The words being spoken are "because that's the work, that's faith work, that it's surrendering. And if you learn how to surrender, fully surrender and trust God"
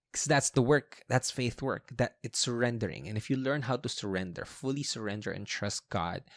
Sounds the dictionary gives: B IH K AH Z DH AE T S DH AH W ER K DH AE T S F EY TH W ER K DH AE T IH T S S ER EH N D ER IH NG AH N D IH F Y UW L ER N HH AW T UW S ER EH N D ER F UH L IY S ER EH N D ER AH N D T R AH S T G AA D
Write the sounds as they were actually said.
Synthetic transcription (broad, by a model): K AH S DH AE T S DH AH W ER K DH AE T S F EY TH W ER K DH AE T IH T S S ER EH N D ER IH NG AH N IH F Y UW L ER N HH AW T UW S ER EH N D ER F UH L IY S ER EH N D ER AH N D T R AH S T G AA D